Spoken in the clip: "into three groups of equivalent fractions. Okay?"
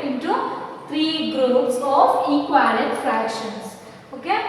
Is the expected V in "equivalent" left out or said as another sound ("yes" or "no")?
yes